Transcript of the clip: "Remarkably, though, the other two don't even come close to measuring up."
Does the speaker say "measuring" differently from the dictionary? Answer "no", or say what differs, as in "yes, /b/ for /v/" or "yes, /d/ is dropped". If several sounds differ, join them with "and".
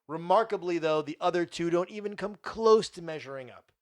no